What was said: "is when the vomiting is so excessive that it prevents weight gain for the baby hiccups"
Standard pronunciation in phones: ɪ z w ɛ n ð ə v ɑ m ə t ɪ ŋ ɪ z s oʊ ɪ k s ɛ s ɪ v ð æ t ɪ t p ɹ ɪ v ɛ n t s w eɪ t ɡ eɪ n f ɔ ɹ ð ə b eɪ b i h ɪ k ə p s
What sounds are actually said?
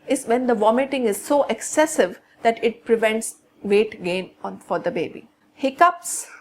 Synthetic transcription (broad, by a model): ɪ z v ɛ n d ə v ɑ m ə t ɪ ŋ ɪ z s oʊ ɪ k s ɛ s ɪ v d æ t ɪ t p ɹ ɪ v ɛ n t s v eɪ t ɡ eɪ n f ɔ ɹ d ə b eɪ b i h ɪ k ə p s